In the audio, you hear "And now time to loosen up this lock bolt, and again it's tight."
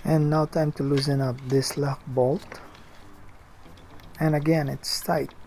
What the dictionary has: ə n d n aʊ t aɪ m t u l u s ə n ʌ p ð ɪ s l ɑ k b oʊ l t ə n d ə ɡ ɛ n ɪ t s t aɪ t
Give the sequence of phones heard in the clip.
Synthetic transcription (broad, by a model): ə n n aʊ t aɪ m t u l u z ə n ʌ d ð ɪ s l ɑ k b oʊ l t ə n ə ɡ ɛ n ɪ t s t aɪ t